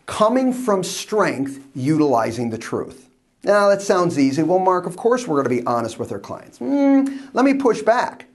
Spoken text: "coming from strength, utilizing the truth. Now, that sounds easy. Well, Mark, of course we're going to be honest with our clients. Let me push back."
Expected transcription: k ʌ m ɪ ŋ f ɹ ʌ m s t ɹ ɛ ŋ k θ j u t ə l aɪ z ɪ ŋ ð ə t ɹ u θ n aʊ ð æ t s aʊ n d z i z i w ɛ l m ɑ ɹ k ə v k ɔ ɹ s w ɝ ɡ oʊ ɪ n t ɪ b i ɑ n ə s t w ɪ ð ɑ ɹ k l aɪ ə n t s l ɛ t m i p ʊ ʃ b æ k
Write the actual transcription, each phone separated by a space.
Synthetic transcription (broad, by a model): k ʌ m ɪ ŋ f ɹ ʌ m s t ɹ ɛ ŋ k θ j u t ə l aɪ z ɪ ŋ ð ə t ɹ u θ n aʊ ð æ t s aʊ n d z i z i w ɛ l m ɑ ɹ k ə v k ɔ ɹ s w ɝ ɡ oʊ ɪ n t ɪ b i ɑ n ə s t w ɪ ð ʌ ɹ k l aɪ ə n t s l ɛ t m i p ʊ ʃ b æ k